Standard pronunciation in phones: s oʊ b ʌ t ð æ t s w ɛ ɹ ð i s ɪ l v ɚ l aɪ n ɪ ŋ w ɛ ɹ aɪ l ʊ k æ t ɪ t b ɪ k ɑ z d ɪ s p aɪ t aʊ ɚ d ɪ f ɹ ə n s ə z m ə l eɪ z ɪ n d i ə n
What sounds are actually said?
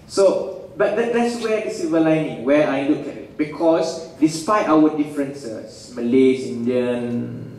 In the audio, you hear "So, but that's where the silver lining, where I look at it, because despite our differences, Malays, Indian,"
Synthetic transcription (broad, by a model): s oʊ b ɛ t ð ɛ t s w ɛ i s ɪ v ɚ l aɪ n ɪ ŋ w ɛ aɪ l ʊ k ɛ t ɪ t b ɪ k ɑ s d ɪ s p aɪ t aʊ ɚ d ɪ f ɹ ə n s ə s m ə l eɪ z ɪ n d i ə n